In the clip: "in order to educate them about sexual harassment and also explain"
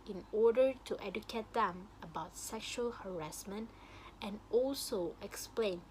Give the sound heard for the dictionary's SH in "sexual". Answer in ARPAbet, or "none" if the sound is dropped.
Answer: SH